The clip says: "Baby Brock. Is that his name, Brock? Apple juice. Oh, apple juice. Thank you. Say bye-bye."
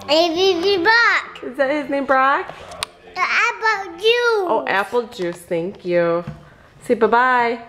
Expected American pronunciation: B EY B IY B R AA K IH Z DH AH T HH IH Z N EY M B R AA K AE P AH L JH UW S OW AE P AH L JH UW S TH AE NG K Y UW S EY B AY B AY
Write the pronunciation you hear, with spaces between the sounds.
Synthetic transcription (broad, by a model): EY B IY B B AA K IH Z DH AH T HH IH Z N EY M B R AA K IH B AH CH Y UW OW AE P L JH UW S TH AE NG K Y UW S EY B AY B AY